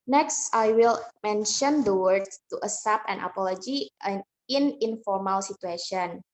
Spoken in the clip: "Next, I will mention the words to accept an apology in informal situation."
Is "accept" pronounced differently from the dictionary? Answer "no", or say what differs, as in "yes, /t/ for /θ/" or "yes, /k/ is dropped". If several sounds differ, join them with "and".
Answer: yes, /k/ is dropped and /t/ is dropped